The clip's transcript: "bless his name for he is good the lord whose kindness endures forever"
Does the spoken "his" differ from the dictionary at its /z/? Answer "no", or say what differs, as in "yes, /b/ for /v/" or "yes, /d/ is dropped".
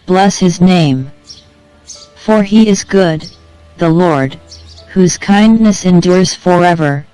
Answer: no